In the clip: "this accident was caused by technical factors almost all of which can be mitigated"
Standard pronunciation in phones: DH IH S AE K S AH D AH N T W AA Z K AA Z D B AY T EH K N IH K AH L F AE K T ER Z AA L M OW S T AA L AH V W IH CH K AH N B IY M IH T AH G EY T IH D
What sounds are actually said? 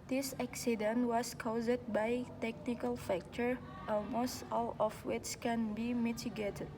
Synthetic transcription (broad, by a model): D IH S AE K S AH D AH N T W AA S K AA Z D B AY T EH K N IH K AH L F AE K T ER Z AA L M OW S T AA L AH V W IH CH K AH N B IY M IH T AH G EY T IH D